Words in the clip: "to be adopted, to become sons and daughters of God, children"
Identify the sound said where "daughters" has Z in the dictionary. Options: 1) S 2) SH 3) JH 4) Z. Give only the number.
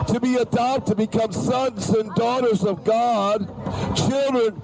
4